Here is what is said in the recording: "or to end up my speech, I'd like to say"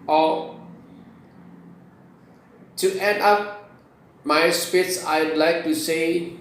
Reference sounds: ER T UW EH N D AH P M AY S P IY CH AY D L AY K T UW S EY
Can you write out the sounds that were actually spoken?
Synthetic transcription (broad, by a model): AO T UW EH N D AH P M AY S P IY S AY D L AY K T UW S EY